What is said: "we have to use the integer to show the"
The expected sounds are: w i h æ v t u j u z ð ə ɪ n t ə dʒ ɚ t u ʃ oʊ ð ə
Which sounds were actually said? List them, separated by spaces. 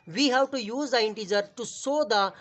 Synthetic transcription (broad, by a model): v i h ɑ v t u j u z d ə ɪ n t ə dʒ ɚ t u s oʊ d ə